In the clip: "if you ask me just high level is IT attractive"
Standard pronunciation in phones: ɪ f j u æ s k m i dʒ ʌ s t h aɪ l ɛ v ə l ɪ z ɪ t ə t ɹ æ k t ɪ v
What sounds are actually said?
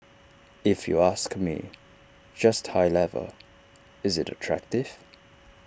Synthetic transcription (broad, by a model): ɪ f j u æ s k m i dʒ ʌ s t h aɪ l ɛ v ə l ɪ z ɪ t ə t ɹ æ k t ɪ v